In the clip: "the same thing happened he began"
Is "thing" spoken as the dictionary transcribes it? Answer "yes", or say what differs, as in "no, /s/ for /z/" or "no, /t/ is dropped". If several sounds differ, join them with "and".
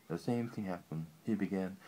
yes